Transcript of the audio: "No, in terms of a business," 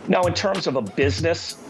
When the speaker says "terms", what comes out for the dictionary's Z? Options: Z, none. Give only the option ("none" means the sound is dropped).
Z